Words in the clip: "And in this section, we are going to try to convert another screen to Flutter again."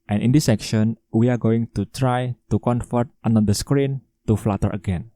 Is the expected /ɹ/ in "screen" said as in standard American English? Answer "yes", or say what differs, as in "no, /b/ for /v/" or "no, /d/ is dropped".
yes